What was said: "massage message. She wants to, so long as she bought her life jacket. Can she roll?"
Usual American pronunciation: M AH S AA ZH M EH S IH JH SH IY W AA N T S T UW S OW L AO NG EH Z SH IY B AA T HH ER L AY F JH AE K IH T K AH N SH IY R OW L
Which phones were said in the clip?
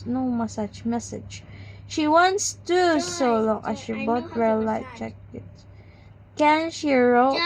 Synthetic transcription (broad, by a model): M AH S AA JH M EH S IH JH SH IY W AA N T S T UW S OW L AO NG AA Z SH IY B AA T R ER L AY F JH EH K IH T K AH N SH IY R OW